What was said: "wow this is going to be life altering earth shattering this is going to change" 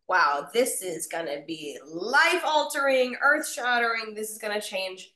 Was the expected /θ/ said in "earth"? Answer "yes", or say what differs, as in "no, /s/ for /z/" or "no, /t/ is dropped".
yes